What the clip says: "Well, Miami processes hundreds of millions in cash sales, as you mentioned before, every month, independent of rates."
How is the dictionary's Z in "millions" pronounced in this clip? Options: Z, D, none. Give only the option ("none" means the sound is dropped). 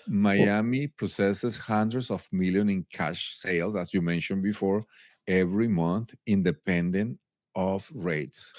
none